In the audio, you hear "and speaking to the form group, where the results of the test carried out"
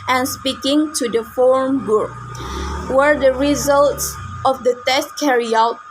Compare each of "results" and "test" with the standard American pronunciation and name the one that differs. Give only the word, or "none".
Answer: none